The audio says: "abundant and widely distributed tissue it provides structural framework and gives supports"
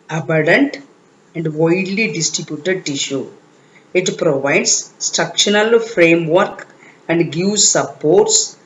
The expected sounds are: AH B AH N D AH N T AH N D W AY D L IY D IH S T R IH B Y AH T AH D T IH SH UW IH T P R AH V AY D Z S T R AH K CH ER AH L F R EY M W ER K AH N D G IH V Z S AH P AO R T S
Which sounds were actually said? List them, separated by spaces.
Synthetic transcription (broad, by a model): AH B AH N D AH N T AH N D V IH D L IY D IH S T R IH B Y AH T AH D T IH SH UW IH T P R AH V AY D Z S T R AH K SH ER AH L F R EY M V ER K AH N D G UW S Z S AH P AO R T S